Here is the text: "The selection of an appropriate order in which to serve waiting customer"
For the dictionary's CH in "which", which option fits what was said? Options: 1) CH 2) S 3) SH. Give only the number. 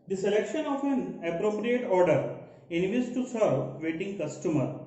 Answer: 2